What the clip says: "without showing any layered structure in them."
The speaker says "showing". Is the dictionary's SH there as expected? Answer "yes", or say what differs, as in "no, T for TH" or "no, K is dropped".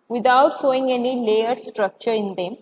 no, S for SH